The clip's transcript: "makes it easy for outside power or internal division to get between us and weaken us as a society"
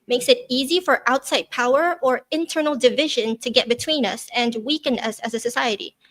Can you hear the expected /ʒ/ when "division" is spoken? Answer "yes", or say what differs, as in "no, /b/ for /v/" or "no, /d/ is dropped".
yes